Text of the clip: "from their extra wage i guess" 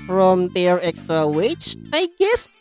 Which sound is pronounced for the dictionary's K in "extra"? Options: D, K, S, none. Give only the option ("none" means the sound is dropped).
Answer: K